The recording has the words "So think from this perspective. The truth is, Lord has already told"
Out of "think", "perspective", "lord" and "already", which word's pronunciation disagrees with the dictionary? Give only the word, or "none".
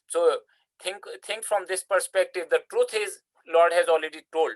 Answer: think